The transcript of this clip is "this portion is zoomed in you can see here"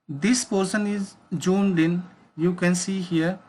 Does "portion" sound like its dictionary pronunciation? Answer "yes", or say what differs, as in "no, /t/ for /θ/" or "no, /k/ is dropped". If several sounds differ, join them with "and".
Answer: no, /s/ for /ʃ/